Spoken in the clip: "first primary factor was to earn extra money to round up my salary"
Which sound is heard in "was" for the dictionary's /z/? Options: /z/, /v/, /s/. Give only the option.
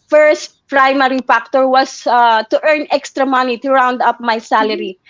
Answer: /s/